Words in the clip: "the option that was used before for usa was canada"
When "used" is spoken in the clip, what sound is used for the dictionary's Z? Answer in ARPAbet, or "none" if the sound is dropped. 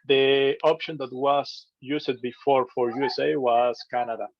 S